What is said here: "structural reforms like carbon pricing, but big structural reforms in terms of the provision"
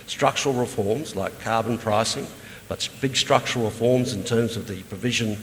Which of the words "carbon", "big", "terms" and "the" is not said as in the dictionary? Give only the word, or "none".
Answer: none